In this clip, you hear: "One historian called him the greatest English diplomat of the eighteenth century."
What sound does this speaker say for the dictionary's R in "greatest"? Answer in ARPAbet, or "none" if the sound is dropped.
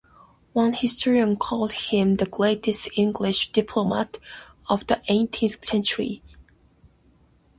L